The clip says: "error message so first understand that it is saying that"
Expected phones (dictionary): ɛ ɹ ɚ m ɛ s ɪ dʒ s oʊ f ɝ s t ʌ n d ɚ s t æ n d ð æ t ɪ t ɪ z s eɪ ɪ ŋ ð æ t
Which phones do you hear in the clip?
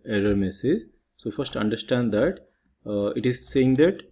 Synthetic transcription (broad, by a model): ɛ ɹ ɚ m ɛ s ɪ z s oʊ f ɝ s t ʌ n d ɚ s t æ n d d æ t ɪ t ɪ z s eɪ ɪ ŋ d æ t